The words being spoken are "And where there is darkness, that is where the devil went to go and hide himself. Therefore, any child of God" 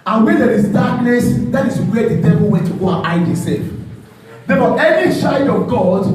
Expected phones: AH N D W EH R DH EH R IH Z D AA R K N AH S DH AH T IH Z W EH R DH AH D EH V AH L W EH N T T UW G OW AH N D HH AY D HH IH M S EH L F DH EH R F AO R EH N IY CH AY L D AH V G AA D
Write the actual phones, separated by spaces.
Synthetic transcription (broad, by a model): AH N W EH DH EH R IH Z D AA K N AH S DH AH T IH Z W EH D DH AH D EH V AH L W EH N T T UW G OW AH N AY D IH S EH F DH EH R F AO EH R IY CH AY D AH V G AA D